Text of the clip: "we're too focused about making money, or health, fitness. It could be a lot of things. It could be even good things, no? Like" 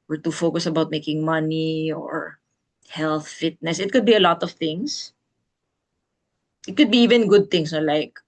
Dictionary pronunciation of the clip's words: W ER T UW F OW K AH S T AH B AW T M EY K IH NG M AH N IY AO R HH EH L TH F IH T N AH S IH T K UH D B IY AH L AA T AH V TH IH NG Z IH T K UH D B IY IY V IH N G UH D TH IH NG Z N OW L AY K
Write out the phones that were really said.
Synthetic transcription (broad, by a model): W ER T UW F OW K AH S AH B AW T M EY K IH NG M AH N IY AO R HH EH L TH F IH T N AH S IH T K UH D B IY AH L AA T AH V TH IH NG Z IH T K UH D B IY IY V IH N G UH D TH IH NG S N OW L AY K